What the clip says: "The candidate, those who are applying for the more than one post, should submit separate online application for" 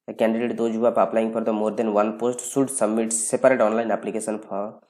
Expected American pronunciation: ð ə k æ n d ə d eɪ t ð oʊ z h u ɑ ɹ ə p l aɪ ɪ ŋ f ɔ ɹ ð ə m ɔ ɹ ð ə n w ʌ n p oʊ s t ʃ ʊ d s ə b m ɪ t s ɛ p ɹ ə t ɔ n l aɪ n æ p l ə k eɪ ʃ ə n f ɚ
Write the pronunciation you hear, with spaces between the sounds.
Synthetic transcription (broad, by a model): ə k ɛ n d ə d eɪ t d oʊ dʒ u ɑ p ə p l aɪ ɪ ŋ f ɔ ɹ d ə m ɔ ɹ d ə n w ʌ n p oʊ s t s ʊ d s ə b m ɪ t s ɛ p ɹ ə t ɔ n l aɪ n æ p l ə k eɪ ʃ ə n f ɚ